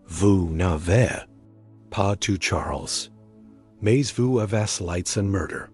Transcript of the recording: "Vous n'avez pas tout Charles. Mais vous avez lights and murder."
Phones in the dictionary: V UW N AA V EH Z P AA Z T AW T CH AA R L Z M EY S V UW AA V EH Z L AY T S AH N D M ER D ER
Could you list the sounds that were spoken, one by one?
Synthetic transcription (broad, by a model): V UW N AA V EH P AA T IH CH AA R L Z M EY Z V UW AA V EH S L AY T S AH N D M ER D ER